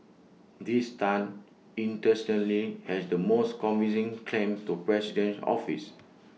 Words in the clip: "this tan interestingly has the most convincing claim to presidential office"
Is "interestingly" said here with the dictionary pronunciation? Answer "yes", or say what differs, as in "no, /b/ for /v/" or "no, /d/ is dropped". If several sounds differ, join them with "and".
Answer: no, /ŋ/ is dropped